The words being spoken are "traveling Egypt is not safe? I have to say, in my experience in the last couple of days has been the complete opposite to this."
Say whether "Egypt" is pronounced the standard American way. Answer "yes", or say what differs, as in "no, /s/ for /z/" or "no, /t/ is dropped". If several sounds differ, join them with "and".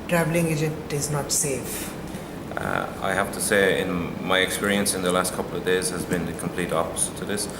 no, /p/ is dropped